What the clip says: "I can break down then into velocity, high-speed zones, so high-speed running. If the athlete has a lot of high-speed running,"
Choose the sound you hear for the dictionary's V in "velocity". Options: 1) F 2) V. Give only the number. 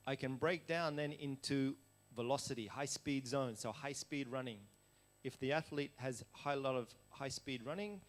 2